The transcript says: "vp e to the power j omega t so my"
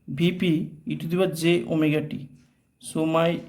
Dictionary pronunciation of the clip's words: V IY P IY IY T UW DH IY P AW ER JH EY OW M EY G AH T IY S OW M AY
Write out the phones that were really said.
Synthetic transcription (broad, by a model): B IY P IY IY T UW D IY B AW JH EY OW M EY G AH T IY S OW M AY